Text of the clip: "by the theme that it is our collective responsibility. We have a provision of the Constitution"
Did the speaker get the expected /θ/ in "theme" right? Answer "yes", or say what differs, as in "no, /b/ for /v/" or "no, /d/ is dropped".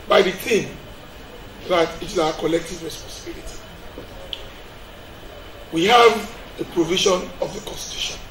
no, /t/ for /θ/